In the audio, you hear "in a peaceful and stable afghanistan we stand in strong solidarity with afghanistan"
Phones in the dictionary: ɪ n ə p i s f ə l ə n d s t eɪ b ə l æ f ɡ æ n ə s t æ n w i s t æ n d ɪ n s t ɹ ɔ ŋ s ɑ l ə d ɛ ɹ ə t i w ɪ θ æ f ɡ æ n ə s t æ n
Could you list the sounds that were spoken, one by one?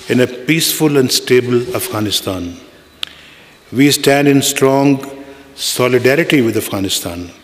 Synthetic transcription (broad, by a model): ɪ n ə p i s f ə l ə n d s t eɪ b ə l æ f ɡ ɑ n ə s t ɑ n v i s t æ n d ɪ n s t ɹ ɔ ŋ s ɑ l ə d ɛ ɹ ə t i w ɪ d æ f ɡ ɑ n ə s t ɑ n